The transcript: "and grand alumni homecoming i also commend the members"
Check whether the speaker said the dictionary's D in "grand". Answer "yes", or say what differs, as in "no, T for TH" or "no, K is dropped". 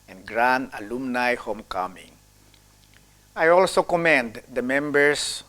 no, D is dropped